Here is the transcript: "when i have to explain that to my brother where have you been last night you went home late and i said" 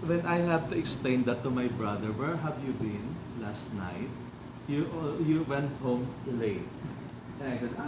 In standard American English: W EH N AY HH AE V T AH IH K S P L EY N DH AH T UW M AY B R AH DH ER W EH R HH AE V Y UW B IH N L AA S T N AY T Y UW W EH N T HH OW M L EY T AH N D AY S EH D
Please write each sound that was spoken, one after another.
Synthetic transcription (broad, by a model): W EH N AY HH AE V T AH IH K S P L EY N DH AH T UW M AY B R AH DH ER W EH R HH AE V Y UW B IH N L AA S T N AY T Y UW W EH N T HH OW M L EY AH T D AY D